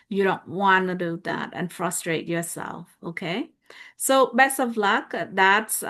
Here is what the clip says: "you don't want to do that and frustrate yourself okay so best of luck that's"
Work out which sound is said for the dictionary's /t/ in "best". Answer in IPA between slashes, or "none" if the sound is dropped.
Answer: none